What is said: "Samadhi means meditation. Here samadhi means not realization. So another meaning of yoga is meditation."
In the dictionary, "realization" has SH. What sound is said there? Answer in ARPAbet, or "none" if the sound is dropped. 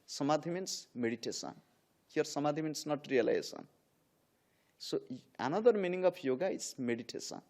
S